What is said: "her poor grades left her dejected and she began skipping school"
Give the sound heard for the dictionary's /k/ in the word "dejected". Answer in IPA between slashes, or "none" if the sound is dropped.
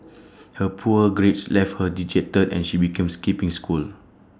none